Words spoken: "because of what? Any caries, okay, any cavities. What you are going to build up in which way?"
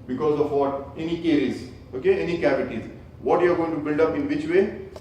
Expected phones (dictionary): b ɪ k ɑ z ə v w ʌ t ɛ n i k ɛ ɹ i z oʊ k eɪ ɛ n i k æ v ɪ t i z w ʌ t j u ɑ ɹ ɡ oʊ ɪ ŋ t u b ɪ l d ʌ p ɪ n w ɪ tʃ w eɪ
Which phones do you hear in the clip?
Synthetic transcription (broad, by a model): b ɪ k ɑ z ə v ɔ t ɛ n i k ɛ ɹ i z oʊ k eɪ ɛ n i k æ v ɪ t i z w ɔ t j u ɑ ɹ ɡ oʊ ɪ ŋ t u b ɪ l d ʌ p ɪ n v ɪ tʃ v eɪ